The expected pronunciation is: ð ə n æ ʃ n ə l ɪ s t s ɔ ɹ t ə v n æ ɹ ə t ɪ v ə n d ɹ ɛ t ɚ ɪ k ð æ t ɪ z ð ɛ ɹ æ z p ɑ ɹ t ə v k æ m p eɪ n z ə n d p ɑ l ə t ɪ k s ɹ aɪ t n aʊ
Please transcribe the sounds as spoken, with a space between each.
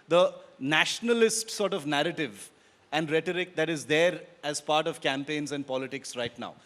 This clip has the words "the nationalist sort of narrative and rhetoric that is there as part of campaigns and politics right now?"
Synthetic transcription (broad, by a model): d ə n æ ʃ n ə l ɪ s t s ɔ ɹ t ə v n æ ɹ ə t ɪ v ə n d ɹ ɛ t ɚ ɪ k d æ t ɪ z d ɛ ɹ æ z p ɑ ɹ t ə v k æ m p eɪ n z ə n d p ɑ l ə t ɪ k s ɹ aɪ t n aʊ